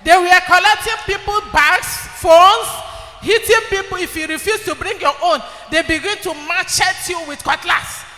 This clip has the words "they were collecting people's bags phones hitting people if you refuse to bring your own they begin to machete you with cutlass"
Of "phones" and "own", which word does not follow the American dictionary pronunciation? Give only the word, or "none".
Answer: phones